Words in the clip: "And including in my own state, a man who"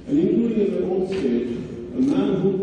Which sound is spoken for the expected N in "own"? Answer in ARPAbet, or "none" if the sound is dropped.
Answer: L